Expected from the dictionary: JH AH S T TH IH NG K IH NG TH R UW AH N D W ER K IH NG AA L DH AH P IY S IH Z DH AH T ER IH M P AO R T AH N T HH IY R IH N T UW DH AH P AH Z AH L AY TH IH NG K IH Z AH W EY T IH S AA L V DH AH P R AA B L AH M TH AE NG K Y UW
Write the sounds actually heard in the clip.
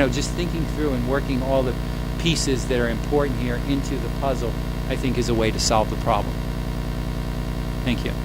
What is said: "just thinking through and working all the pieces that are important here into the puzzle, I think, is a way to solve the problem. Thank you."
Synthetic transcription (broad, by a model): JH AH S T TH IH NG K IH NG TH R UW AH N W ER K IH NG AA L DH AH P IY S IH Z DH AH T ER IH M P AO R T N T HH IY R IH N T UW DH AH P AH Z L AY TH IH NG K IH Z AH W EY T IH S AA L V DH AH P R AA B L AH M TH AE NG K Y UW